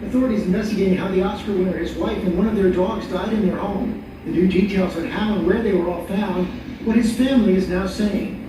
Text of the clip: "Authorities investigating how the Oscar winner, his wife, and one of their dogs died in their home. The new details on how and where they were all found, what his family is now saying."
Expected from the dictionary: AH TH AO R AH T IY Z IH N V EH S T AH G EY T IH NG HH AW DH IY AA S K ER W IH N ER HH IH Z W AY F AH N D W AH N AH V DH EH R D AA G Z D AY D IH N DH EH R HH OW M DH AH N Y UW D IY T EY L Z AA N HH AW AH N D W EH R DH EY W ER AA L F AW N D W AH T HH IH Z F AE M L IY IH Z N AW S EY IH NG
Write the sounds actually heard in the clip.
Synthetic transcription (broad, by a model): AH TH AO R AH T IY Z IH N V EH S T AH G EY T IH NG HH AW DH IY AA S K ER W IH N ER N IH Z W AY F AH N W AH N AH V DH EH R D AA G Z D AY D IH N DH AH R HH OW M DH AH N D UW D IY T EY L Z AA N HH AW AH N W EH R DH EY W ER AA L F AW N D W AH T HH IH Z F AE M L IY IH Z N AW S EY IH NG